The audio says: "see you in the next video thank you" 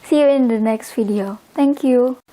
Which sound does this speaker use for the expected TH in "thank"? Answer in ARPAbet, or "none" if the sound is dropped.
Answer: T